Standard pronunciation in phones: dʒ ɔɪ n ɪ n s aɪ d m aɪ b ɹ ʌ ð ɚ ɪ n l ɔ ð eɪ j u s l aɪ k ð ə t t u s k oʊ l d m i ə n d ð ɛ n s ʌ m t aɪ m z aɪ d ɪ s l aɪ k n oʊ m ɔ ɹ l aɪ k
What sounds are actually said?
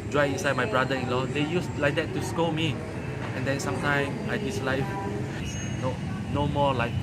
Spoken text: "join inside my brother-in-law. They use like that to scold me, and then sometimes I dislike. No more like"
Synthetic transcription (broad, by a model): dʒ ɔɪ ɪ ɪ n s aɪ d m aɪ b ɹ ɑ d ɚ ɪ n l ɔ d eɪ j u s l aɪ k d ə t t u s k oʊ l m i ə n d ɛ n s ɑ m t aɪ m aɪ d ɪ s l aɪ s n oʊ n ɔ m l aɪ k